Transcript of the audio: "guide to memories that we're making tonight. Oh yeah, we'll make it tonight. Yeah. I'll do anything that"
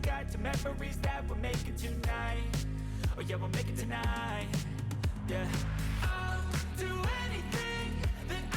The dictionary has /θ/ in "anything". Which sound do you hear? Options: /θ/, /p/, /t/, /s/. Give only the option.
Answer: /θ/